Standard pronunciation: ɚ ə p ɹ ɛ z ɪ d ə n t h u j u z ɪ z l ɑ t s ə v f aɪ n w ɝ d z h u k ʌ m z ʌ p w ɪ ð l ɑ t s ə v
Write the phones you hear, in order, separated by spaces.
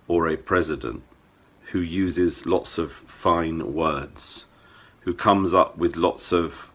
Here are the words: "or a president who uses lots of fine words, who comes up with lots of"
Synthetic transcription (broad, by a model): ɚ ə p ɹ ɛ z ɪ d ə n t h u j u z ɪ z l ɑ t s ə v f aɪ n w ɝ d z h u k ʌ m z ʌ p w ɪ ð l ɑ t s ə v